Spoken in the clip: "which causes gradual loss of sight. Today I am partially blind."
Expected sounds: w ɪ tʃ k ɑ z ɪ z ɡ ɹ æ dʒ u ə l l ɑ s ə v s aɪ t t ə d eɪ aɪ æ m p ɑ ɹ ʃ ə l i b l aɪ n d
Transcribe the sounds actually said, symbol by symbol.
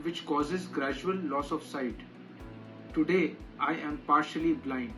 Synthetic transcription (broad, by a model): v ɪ tʃ k ɑ z ɪ z ɡ ɹ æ dʒ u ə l l ɑ s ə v s aɪ t t ə d eɪ aɪ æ m p ɑ ɹ ʃ ə l i b l aɪ n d